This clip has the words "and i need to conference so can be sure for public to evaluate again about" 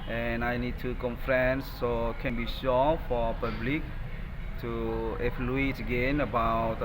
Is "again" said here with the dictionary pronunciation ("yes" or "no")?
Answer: yes